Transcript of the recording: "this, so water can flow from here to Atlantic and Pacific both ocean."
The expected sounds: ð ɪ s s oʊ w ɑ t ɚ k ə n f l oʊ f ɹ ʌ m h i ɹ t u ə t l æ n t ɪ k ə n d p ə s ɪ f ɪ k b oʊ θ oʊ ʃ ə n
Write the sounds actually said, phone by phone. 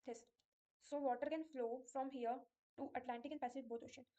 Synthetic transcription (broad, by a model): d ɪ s s oʊ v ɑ t ɚ k ə n f l oʊ f ɹ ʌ m h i ɹ t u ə t l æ n t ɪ k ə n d p ə s ɪ f ɪ k b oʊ t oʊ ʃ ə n